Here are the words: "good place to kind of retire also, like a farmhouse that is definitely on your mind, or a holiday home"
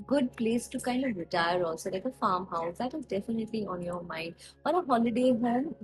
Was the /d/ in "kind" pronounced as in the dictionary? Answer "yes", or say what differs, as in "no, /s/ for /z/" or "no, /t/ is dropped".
yes